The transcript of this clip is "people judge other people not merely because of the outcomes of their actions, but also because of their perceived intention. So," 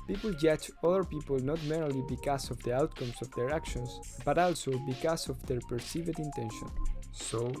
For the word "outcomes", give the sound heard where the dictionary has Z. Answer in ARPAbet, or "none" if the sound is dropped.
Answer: S